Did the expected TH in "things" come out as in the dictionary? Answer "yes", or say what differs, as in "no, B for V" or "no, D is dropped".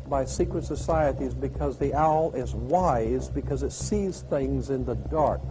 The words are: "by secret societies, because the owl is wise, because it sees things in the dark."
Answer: yes